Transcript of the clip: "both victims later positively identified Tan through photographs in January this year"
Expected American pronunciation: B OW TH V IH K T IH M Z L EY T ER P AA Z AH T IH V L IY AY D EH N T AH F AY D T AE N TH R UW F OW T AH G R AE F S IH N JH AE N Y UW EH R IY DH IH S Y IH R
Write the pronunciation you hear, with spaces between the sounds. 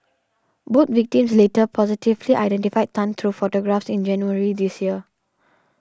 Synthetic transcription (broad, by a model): B OW T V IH K T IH M S L EY T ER P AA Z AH T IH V L IY AY D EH N T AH F AY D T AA N T R UW F OW T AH G R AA F S IH N JH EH N Y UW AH R IY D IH S Y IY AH